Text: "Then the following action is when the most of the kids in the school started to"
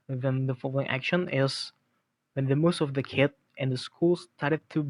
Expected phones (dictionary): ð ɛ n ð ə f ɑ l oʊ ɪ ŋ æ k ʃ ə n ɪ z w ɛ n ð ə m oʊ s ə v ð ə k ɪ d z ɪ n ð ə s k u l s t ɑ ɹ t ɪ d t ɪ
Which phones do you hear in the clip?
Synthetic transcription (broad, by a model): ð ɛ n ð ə f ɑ l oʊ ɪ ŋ æ k ʃ ə n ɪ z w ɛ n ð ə m oʊ s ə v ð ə k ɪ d ɪ n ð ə s k u l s t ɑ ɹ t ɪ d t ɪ